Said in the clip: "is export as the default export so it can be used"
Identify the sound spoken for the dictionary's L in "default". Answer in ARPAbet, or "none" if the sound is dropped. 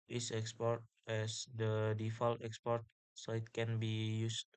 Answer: L